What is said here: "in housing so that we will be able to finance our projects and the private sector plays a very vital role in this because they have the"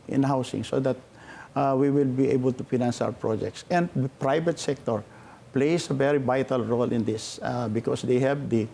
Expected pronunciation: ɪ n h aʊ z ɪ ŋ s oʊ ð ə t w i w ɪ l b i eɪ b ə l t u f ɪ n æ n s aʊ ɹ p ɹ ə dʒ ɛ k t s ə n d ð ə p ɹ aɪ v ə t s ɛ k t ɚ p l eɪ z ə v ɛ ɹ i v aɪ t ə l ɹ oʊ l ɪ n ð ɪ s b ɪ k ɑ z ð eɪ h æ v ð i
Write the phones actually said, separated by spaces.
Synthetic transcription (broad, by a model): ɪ n h aʊ s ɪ ŋ s oʊ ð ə t w i w ɪ l b i eɪ b ə l t u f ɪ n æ n s aʊ ɹ p ɹ ə dʒ ɛ k t s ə n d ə p ɹ aɪ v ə t s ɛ k t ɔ p l eɪ s ə v ɛ ɹ i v aɪ t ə l ɹ oʊ l ɪ n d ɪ s b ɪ k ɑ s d eɪ h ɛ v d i